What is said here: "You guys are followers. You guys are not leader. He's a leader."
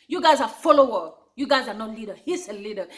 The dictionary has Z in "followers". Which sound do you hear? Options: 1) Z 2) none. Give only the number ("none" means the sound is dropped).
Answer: 2